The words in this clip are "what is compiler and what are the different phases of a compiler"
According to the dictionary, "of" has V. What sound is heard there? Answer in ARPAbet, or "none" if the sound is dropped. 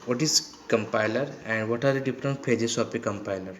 P